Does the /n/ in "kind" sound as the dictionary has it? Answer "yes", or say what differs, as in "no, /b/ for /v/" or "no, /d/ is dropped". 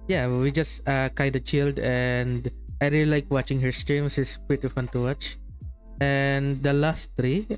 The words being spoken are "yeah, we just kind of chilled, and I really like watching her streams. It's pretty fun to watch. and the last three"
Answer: no, /n/ is dropped